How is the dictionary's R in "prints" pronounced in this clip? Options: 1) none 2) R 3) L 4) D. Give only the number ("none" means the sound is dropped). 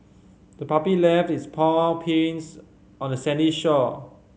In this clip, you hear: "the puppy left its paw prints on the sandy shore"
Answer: 1